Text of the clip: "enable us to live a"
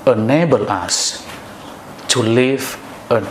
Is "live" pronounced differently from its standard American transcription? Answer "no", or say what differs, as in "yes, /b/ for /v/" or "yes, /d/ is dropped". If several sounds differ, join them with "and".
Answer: yes, /f/ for /v/